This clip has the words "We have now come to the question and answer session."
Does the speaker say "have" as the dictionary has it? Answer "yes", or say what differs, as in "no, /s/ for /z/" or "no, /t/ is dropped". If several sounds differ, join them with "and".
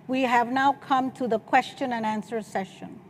yes